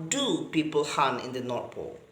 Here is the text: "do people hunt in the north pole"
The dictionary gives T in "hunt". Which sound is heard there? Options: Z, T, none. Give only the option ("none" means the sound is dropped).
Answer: none